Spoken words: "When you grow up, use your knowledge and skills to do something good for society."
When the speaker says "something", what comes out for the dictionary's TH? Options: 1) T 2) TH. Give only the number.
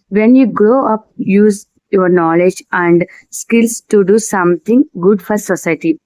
1